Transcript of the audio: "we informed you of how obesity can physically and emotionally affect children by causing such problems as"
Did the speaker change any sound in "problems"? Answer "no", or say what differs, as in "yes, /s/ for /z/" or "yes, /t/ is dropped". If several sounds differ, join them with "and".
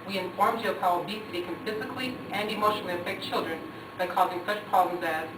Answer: no